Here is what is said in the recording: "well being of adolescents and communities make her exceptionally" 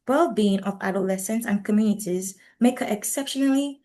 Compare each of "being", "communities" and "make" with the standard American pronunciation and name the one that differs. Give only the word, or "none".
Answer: none